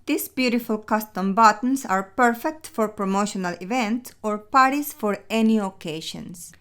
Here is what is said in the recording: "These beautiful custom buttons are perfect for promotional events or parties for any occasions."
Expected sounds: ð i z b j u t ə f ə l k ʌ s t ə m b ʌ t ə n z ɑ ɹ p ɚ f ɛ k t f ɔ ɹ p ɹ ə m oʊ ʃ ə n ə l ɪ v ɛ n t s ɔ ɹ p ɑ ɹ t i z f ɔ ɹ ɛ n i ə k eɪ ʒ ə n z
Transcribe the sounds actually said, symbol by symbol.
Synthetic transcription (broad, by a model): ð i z b j u t ə f ə l k ʌ s t ə m b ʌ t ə n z ɑ ɹ p ɚ f ɛ k t f ɔ ɹ p ɹ ə m oʊ ʃ ə n ə l ɪ v ɛ n t s ɔ ɹ p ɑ ɹ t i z f ɔ ɹ ɛ n i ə k eɪ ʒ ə n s